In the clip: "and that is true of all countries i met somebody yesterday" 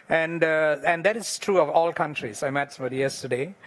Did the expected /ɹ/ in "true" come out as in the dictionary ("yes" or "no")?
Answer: yes